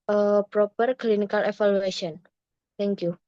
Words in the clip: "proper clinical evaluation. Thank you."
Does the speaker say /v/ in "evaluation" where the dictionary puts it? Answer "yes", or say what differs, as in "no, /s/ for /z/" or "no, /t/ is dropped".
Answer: no, /f/ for /v/